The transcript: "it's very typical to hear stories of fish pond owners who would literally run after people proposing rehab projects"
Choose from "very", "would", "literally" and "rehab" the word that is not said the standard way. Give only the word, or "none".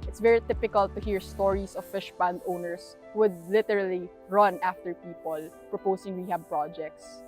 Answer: rehab